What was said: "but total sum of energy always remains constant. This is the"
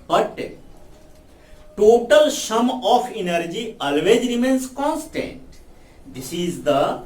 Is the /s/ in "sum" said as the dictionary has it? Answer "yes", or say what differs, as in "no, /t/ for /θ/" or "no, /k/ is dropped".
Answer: no, /ʃ/ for /s/